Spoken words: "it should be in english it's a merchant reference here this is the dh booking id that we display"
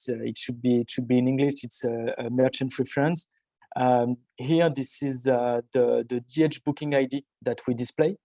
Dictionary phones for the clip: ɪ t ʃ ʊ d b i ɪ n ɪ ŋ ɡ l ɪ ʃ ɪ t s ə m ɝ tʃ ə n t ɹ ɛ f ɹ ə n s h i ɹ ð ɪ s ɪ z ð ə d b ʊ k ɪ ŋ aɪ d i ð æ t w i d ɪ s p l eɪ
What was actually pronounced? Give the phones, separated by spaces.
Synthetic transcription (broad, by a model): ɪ t ʃ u d b i ɪ n ɪ ŋ ɡ l ɪ ʃ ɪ t s ə m ɝ tʃ ə n t ɹ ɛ f ɹ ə n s h i ɹ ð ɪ s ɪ z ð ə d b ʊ k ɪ ŋ aɪ d i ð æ t w i d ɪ s p l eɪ